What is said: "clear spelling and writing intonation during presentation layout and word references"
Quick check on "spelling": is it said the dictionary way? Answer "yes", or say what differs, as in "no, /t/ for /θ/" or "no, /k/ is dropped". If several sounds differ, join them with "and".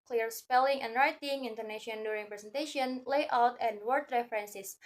yes